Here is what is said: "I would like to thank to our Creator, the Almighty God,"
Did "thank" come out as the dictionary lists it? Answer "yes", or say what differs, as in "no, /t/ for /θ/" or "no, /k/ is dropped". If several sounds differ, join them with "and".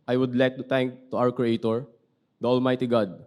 no, /t/ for /θ/